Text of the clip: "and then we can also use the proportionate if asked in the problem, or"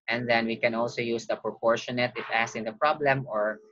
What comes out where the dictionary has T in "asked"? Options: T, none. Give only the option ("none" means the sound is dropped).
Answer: none